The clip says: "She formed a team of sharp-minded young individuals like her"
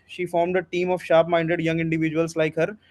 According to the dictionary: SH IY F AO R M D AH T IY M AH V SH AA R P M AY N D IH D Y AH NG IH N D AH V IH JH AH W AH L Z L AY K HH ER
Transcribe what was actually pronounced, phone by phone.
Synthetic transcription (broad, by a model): SH IY F AO R M D AH T IY M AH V SH AA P M AY N D IH D Y AH NG IH N D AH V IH JH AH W AH L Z L AY K HH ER